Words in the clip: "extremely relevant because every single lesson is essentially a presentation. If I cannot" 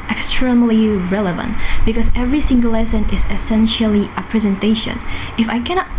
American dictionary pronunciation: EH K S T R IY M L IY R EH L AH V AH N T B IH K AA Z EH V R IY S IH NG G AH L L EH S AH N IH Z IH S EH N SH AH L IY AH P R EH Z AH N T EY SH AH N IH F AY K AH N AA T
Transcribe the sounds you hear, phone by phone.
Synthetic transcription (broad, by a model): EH K S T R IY M L IY R EH L AH V AH N T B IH K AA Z EH V R IY S IH NG G AH L L EH S AH N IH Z IH S EH N SH AH L IY AH P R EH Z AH N T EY SH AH N IH F AY K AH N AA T